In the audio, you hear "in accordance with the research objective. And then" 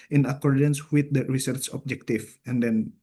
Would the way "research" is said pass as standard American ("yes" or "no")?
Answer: no